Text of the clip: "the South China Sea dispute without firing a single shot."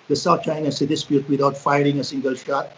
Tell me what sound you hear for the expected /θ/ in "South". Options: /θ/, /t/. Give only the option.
/t/